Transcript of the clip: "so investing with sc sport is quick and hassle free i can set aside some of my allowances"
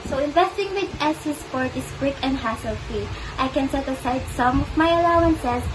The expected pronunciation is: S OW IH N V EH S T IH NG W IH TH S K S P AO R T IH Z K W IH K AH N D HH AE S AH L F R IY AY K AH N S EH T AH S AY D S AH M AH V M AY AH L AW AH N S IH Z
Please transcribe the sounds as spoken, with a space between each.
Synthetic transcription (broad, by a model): S OW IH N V EH S T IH NG W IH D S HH S P AO R T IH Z K W IH K AH N D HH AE S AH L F IY AY K AH N S EH T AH S AY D S AH M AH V M AY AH L AW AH N S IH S